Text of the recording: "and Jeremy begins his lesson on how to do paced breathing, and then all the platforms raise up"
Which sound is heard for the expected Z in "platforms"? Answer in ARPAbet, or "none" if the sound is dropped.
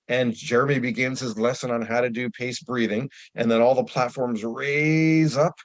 Z